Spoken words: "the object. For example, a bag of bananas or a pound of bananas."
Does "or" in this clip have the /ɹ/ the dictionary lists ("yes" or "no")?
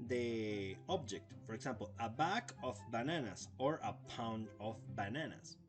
yes